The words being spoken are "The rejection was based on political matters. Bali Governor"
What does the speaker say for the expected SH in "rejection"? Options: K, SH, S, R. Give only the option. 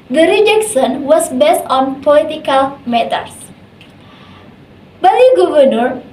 S